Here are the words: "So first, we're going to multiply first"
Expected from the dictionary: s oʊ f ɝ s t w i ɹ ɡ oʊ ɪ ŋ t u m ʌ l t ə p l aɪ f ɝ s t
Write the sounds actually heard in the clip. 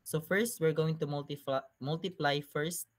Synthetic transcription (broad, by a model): s oʊ f ɝ s t w i ɹ ɡ oʊ ɪ ŋ t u m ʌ l t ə p l aɪ f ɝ s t